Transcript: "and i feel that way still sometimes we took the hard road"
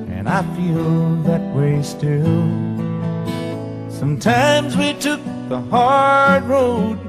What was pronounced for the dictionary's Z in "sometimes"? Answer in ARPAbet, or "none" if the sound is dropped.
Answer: Z